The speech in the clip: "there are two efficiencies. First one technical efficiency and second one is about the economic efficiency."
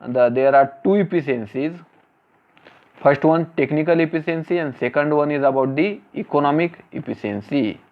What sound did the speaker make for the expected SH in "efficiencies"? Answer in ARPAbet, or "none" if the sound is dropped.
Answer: S